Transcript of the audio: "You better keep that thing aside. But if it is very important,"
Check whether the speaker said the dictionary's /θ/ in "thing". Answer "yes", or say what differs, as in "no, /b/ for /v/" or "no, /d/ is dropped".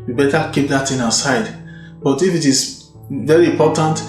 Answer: no, /t/ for /θ/